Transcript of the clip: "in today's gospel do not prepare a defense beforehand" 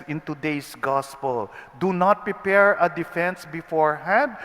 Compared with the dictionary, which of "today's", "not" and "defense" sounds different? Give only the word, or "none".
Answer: today's